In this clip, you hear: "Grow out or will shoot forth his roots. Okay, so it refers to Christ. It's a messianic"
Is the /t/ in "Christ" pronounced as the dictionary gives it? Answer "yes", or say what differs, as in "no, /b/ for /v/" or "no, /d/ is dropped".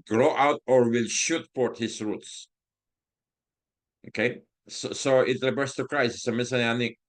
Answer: no, /t/ is dropped